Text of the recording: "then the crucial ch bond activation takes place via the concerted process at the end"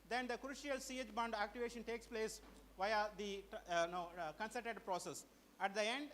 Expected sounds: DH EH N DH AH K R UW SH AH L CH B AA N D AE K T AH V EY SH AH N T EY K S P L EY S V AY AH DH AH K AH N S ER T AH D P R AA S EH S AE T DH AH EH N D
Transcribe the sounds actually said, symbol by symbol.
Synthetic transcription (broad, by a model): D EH N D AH K R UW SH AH L S B AA N D AE K T AH V EY SH AH N T EY K S P L EY S V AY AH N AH K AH N S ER T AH D P R AA S EH S AE T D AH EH N D